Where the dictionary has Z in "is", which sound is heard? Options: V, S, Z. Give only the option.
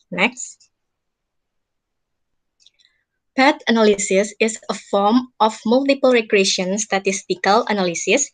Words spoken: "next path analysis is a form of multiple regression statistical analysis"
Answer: S